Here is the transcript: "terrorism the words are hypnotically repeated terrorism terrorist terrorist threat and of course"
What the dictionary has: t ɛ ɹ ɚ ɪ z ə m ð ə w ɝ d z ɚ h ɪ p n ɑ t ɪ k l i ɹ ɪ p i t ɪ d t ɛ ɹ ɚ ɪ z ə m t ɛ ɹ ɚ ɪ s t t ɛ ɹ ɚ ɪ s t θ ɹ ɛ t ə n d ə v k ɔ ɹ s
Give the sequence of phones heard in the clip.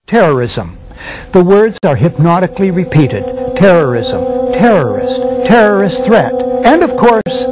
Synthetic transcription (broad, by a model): t ɛ ɹ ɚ ɪ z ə m ð ə w ɝ d z ɚ h ɪ p n ɑ t ɪ k l i ɹ ɪ p i t ɪ d t ɛ ɹ ɚ ɪ z ə m t ɛ ɹ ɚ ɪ s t t ɛ ɹ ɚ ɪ s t θ ɹ ɛ t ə n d ə v k ɔ ɹ s